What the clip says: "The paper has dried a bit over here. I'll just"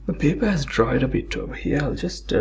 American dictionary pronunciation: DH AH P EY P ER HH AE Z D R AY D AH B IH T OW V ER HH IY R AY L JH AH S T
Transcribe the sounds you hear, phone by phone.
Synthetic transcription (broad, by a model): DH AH P EY P ER HH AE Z D R AY D AH B IH T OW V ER HH IY R AY L JH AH S T